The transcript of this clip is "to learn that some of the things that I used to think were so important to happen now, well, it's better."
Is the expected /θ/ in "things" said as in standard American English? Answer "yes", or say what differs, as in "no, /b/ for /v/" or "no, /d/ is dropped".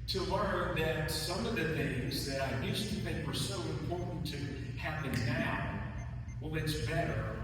yes